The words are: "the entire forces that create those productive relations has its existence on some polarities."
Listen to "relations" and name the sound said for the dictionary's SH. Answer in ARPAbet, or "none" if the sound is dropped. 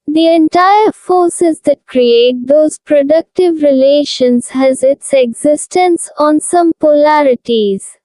SH